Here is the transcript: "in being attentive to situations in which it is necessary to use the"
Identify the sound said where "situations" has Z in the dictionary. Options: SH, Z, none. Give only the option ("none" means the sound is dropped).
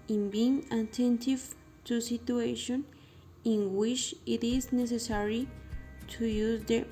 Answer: none